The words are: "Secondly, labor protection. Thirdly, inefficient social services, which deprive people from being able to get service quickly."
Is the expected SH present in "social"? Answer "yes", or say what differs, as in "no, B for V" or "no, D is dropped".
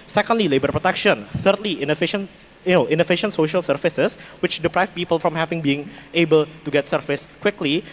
yes